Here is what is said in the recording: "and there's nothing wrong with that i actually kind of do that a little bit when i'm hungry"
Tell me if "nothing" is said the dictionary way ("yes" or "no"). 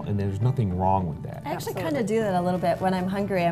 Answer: yes